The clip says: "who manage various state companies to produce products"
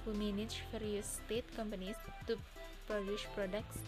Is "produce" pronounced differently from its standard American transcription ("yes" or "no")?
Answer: yes